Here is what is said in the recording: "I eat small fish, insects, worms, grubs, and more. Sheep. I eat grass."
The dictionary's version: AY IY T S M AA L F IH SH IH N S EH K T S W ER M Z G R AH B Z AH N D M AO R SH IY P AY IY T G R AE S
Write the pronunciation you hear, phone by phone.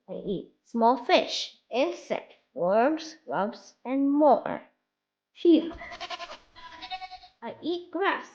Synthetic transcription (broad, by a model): AY IY T S M AA L F IH SH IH N S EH K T W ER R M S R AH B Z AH N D M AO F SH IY AY IY T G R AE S